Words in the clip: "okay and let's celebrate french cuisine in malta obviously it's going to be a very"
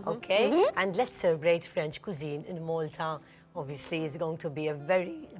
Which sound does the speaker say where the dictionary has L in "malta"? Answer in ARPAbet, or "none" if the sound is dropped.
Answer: L